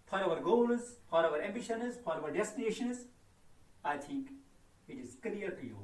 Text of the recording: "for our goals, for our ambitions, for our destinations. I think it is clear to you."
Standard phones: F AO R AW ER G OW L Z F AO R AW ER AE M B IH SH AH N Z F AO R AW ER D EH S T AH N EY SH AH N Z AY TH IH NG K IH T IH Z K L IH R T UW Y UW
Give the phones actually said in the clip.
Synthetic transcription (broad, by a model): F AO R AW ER G OW L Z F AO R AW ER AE M B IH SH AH N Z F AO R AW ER D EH S T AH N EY SH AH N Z AY T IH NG K IH T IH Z K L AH R T UW Y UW